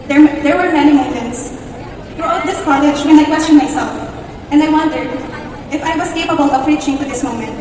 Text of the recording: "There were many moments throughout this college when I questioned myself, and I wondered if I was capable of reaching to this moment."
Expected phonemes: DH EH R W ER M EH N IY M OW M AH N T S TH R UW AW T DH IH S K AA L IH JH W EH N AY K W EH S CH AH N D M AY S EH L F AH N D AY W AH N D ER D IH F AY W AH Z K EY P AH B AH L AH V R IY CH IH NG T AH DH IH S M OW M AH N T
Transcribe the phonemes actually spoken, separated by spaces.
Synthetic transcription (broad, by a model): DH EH R W ER M EH N IY M OW M AH N T S F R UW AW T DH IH S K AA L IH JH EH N AY K W EH S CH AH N M AY S EH L F AH N D AY W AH N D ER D IH F AY W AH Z K EY P AH B AH L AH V R IY CH IH NG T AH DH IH S M OW M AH N T